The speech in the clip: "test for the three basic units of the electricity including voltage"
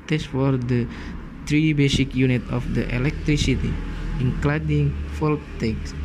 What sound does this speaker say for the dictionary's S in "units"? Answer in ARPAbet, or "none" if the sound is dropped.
none